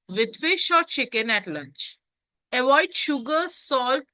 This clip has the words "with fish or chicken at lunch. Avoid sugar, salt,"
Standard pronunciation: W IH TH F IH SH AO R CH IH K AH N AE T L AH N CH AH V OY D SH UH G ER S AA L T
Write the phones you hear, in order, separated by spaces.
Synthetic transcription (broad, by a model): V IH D F IH SH AO R CH IH K AH N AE T L AH N CH AH V OY D SH UH G ER S AA L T